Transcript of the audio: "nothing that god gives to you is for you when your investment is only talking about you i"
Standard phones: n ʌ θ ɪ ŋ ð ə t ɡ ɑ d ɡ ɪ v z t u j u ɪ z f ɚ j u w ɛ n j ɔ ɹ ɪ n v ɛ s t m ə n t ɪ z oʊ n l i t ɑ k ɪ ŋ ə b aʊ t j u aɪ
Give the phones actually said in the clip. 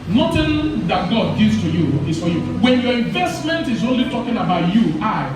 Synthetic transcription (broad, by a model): n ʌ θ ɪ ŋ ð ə t ɡ ɑ d ɡ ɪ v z t u j u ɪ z f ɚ j u w ɛ n j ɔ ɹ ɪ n v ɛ s t m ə n t ɪ z oʊ n l i t ɑ k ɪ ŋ ə b aʊ t j u aɪ